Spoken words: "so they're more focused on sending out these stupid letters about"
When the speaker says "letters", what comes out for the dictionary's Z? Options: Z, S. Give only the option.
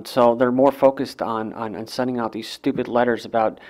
Z